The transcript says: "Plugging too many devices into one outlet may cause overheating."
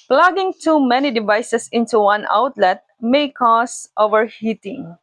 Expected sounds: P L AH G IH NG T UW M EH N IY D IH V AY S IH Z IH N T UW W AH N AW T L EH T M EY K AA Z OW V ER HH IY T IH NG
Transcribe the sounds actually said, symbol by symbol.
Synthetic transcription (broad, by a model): P L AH G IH NG T UW M EH N IY D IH V AY S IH S IH N T UW W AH N AW T L EH T M EY K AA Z OW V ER HH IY T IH NG